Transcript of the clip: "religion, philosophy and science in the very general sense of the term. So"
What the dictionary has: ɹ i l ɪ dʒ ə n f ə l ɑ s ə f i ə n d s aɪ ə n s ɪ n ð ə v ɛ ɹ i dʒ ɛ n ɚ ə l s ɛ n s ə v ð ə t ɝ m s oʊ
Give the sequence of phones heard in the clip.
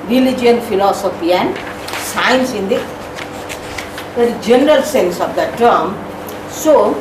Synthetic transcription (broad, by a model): ɹ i l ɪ dʒ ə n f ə l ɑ s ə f i ə n d s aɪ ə n s ɪ n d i dʒ ɛ n ɚ ə l s ɛ n s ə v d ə t ɝ m s oʊ